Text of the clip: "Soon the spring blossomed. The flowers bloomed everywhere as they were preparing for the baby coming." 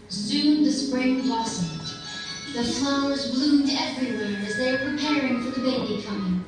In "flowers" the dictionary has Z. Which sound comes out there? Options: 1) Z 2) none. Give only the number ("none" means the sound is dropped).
1